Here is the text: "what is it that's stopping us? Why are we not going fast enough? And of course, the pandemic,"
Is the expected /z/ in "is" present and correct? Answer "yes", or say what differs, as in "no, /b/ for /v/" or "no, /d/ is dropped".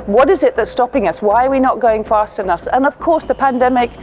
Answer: yes